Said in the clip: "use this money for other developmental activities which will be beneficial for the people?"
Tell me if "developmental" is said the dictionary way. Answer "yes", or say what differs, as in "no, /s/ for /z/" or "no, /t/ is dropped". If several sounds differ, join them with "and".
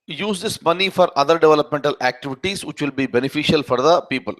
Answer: yes